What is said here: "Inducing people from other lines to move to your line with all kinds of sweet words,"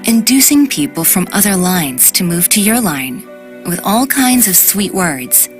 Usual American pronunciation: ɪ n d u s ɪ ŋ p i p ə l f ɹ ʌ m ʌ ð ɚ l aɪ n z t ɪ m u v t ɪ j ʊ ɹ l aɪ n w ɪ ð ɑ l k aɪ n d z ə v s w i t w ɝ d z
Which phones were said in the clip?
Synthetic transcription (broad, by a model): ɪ n d u s ɪ ŋ p i p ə l f ɹ ʌ m ʌ ð ɚ l aɪ n z t ɪ m u v t ɪ j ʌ ɹ l aɪ n w ɪ ð ɑ l k aɪ n d z ə v s w i t w ɝ d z